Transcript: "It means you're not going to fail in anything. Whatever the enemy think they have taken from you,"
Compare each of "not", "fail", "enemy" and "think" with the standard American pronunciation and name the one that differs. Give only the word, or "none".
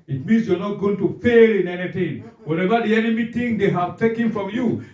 think